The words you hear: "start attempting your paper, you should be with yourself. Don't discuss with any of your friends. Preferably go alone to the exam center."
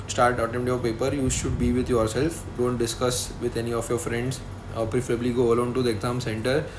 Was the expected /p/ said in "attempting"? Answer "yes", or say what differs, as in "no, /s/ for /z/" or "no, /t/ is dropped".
no, /p/ is dropped